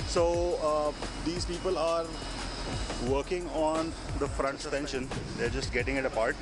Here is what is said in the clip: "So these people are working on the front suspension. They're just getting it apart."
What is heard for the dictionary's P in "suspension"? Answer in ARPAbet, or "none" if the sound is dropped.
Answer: none